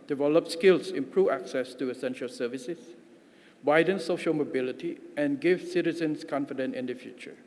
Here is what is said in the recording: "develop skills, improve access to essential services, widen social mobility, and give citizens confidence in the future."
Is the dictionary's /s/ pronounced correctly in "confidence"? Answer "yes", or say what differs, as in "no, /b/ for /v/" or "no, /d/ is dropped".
no, /s/ is dropped